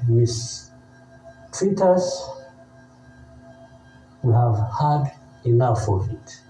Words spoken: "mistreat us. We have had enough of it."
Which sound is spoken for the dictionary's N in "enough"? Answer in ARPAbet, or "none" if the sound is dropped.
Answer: L